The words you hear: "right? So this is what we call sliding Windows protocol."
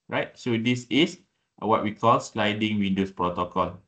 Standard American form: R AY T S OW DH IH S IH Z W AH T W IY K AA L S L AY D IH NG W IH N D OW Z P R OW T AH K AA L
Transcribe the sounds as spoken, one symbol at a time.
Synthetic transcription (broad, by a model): R AY T S OW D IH S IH S W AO T W IY K AA L S L AY D IH NG W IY N D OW S P R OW T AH K AA L